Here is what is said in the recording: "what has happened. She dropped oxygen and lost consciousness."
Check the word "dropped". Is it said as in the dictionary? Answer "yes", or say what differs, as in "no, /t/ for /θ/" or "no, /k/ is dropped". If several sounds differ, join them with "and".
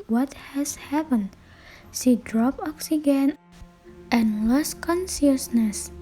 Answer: no, /t/ is dropped